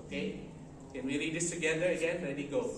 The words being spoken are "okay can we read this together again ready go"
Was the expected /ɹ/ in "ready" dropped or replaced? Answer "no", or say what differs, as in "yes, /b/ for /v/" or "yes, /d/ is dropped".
yes, /l/ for /ɹ/